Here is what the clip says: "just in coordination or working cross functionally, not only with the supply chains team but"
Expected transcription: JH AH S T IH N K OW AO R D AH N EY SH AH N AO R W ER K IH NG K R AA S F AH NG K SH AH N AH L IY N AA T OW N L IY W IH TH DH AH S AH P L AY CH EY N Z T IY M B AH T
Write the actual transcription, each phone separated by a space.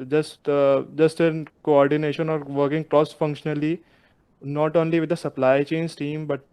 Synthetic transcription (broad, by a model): JH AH S T IH N K OW AO R D AH N EY SH AH N AO R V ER K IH NG K R AA S F AH NG K SH AH N AH L IY N AA T OW N L IY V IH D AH S AH P L AY CH EY N S T IY M B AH T